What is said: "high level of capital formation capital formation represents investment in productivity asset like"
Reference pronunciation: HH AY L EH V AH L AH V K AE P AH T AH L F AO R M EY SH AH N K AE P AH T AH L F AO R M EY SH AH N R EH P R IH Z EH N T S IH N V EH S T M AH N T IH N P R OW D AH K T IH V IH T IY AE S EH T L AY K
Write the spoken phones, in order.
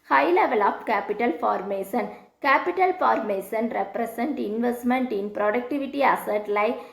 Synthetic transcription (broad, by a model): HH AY L EH V AH L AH P K AE P AH T AH L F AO R M EY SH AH N K AE P AH T AH L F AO R M EY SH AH N R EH P R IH S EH N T IH N V EH S T M AH N T IH N P R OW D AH K T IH V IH T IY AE S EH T L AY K